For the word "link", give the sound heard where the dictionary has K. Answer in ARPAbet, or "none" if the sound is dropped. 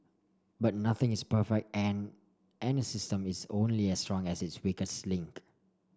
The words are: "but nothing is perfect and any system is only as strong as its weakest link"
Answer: K